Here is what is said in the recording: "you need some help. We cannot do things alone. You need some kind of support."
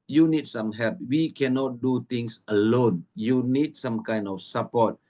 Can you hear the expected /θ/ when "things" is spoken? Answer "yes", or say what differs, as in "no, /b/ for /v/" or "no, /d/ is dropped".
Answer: no, /t/ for /θ/